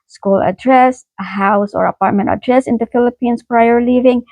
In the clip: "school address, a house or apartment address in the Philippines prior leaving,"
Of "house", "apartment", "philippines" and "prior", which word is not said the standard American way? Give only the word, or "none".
philippines